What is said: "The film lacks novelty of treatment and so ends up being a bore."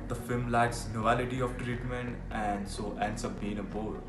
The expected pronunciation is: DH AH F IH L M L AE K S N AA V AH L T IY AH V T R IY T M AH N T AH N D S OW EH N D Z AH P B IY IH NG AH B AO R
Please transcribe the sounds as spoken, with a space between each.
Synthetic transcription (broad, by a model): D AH F IH L M L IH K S N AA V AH L T IY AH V T R IY T M AH N T AH N D S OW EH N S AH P B IY IH NG AH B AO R